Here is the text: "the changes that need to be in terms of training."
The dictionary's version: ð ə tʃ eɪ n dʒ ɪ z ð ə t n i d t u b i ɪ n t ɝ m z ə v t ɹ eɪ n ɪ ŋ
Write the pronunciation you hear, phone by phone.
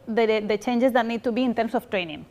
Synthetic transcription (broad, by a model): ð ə tʃ eɪ n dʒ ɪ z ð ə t n i d t u b i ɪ n t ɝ m s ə f t ɹ eɪ n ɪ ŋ